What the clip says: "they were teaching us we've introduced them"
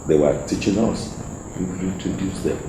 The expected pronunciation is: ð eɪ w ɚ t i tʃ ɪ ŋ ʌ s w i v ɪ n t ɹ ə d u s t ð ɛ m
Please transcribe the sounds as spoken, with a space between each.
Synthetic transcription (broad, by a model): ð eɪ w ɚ t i tʃ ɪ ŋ ʌ s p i p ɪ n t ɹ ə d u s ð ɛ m